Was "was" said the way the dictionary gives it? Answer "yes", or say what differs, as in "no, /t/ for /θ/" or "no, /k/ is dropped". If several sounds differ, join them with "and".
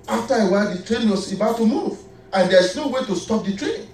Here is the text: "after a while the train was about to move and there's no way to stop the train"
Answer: no, /s/ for /z/